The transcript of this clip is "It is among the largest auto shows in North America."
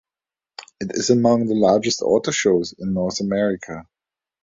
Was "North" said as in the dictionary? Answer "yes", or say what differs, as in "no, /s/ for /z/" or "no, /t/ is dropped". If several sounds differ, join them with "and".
yes